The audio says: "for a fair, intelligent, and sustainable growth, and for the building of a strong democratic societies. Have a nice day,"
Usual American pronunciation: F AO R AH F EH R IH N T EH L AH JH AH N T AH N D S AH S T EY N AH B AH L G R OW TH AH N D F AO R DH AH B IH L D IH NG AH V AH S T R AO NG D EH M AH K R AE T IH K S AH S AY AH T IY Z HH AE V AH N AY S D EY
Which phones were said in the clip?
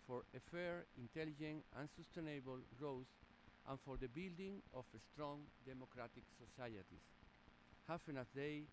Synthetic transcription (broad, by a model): F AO R AH F EH R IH N T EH L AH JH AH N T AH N S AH S T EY N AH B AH L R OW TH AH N F AO R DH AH B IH L D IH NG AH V AH S T R AO NG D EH M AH K R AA T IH K S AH S AY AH T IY S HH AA F AH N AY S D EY